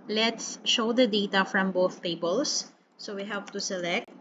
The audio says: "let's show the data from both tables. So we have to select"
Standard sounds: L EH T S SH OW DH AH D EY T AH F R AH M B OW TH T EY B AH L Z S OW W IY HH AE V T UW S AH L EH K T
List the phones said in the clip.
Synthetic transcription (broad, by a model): L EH T S SH OW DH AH D EY T AH F R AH M B OW TH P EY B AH L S S OW W IY HH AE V T UW S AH L EH K T